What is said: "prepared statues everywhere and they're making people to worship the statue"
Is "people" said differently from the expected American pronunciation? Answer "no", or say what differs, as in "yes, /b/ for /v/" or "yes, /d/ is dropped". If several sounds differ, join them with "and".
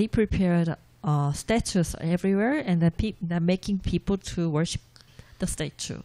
no